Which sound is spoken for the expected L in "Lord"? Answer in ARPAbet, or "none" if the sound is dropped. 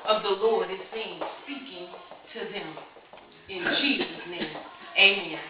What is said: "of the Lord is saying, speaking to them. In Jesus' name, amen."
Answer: L